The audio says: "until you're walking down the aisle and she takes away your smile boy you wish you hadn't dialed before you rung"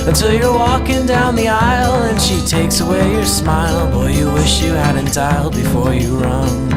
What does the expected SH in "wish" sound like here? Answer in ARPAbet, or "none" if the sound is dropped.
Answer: SH